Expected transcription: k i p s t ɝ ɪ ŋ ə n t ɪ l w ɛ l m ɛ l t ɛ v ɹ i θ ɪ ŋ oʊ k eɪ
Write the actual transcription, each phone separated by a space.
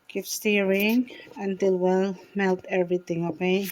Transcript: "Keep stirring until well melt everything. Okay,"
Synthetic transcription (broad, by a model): k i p s t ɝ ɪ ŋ ə n t ɪ l w ɛ l m ɛ l t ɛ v ɹ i t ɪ ŋ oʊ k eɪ